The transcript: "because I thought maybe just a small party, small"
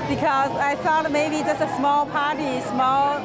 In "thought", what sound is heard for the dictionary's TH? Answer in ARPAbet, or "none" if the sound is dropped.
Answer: F